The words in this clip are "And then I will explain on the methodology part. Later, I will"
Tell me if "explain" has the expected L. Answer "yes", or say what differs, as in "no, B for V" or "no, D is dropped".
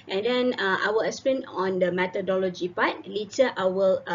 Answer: no, L is dropped